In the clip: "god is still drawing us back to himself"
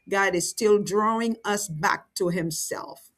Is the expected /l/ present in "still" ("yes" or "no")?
yes